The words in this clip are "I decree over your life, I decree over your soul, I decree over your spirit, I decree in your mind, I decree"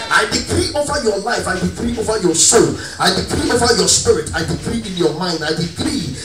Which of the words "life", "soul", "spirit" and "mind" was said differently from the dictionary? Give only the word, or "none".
none